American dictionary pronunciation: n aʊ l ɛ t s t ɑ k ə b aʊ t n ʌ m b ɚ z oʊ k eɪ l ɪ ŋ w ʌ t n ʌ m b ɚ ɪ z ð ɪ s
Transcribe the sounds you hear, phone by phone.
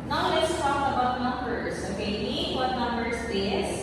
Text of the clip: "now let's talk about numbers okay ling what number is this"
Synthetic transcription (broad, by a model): n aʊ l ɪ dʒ t ɑ k ə b aʊ t n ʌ m b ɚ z oʊ k eɪ n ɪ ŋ w ʌ t n ʌ m b ɚ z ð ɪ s